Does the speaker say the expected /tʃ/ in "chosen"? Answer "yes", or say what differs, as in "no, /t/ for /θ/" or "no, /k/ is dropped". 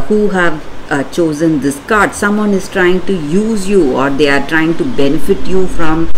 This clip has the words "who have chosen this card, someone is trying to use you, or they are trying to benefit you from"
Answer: yes